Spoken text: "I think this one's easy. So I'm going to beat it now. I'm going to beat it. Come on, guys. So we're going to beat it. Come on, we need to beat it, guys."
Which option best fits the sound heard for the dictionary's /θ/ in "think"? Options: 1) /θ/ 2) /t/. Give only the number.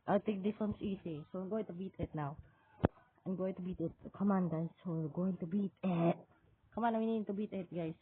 2